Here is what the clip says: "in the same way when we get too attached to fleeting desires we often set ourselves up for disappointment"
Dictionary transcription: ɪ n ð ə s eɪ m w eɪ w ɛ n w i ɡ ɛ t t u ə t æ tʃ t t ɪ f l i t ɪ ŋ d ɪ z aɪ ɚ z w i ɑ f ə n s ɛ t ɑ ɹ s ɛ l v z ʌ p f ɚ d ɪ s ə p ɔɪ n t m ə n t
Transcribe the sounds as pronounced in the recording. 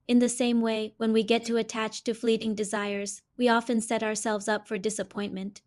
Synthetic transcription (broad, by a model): ɪ n ð ə s eɪ m w eɪ w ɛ n w i ɡ ɛ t t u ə t æ tʃ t t ɪ f l i t ɪ ŋ d ɪ z aɪ ɚ z w i ɑ f ə n s ɛ t ɑ ɹ s ɛ l v z ʌ p f ɚ d ɪ s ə p ɔɪ n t m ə n t